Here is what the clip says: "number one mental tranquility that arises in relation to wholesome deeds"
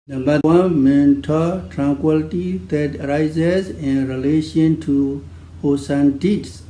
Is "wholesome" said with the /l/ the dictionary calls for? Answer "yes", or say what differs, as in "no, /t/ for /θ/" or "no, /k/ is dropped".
no, /l/ is dropped